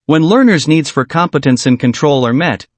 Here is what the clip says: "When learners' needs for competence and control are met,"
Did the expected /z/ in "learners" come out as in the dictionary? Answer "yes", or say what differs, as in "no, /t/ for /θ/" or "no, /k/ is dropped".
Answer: yes